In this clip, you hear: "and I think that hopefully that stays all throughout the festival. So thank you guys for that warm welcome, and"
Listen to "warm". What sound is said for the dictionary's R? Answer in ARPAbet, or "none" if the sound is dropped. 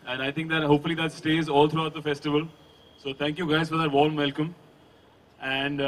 L